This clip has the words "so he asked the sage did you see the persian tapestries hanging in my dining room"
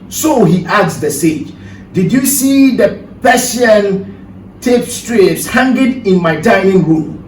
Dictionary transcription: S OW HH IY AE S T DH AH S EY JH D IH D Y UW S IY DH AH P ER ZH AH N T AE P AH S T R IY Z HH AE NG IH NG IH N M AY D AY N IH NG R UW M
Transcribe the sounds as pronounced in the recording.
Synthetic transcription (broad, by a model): S OW HH IY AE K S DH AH S EY JH D IH D Y UW S IY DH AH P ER S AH N T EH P S T R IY S HH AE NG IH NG IH N M AY D AY IH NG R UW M